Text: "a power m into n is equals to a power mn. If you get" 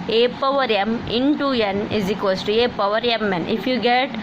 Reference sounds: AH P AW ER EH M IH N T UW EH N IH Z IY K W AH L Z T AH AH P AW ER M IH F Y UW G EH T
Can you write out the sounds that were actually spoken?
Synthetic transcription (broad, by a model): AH P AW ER EH M IH N T UW EH N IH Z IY K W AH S T AH AH P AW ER M IH F Y UW G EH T